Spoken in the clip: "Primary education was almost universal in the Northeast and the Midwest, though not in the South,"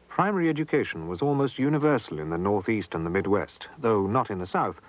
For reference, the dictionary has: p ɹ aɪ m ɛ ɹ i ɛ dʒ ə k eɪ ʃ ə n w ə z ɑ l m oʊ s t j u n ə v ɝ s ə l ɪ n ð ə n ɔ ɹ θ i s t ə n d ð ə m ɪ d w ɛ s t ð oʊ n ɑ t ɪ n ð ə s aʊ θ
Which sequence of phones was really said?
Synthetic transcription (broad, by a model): p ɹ aɪ m ɛ ɹ i ɛ dʒ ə k eɪ ʃ n w ə z ɑ l m oʊ s t j u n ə v ɝ s l ɪ n ð ə n ɔ ɹ θ i s t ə n ð ə m ɪ d w ɛ s t ð oʊ n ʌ t ɪ n ð ə s aʊ θ